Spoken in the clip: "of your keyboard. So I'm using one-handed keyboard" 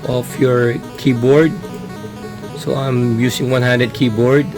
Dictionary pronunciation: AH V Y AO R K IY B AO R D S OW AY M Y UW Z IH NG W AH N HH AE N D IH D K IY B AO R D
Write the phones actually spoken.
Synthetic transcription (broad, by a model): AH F Y AO R K IY B AO R D S OW AY M Y UW S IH NG W AH N HH AE N D IH D K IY B AO R D